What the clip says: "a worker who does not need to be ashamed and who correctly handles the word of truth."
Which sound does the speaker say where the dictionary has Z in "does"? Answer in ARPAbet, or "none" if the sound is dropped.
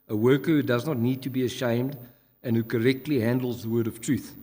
Z